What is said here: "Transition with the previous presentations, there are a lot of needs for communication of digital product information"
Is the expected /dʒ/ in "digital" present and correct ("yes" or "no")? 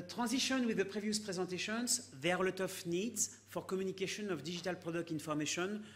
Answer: no